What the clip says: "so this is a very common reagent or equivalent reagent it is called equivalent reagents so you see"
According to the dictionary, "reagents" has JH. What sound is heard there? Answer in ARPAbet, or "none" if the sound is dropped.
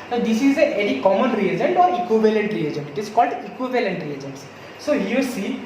JH